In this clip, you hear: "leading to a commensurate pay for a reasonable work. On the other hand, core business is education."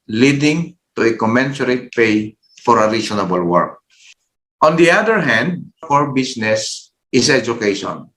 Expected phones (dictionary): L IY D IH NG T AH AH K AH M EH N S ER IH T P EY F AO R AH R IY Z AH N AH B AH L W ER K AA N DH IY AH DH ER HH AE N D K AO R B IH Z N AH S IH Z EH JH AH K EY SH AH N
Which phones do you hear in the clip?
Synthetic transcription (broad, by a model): L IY D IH NG T AH AH K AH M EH N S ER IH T P EY F AO R AH R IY S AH N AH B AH L W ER K AA N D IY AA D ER HH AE N D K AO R B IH S N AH S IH S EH JH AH K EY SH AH N